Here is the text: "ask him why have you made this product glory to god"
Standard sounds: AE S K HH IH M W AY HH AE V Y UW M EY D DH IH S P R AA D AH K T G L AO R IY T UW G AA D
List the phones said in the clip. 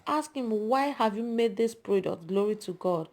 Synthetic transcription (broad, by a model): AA S K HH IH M W AY HH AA V Y UW M EY D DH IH S P R AA D AH K T G L AO R IY T UW G AA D